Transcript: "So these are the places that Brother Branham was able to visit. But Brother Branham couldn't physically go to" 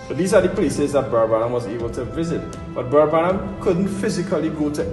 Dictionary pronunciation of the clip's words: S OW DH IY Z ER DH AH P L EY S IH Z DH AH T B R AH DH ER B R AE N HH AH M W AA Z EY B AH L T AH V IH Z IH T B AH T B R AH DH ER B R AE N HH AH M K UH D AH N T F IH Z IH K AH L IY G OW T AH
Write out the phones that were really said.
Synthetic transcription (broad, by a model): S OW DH IY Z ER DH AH P L EY S IH Z DH AH T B R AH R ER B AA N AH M W AA Z EY B AH L T AH V IH Z IH T B AH T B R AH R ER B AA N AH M K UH D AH N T F IH Z IH K AH L IY G OW T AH